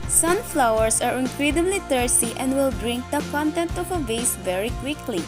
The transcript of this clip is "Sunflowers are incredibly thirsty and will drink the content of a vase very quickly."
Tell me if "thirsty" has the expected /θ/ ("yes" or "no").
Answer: no